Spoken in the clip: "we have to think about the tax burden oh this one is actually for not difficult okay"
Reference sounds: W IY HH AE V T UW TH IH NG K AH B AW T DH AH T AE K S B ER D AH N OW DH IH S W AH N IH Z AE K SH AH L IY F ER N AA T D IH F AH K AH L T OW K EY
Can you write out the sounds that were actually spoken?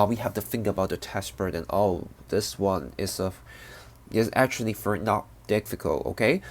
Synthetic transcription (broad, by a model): W IY HH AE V T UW TH IH NG K AH B AW T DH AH T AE S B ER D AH N OW DH IH S W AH N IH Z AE K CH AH L IY F ER N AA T D IH F AH K AH L T OW K EY